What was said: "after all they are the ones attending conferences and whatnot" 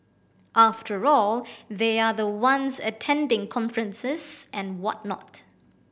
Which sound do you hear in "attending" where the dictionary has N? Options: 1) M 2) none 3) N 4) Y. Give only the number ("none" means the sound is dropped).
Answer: 3